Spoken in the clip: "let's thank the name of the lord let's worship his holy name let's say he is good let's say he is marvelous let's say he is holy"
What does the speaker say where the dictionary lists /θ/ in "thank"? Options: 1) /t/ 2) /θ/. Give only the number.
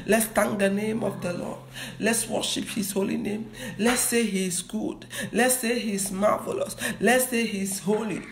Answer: 1